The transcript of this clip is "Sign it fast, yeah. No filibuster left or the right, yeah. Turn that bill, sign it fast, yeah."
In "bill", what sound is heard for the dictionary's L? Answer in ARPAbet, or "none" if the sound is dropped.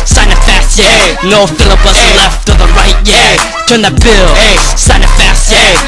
L